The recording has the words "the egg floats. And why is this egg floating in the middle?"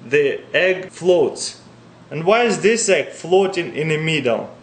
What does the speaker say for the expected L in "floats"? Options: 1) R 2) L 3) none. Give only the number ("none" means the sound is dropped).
2